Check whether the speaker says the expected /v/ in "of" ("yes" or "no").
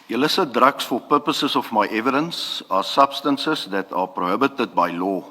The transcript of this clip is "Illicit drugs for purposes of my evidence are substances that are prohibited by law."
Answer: no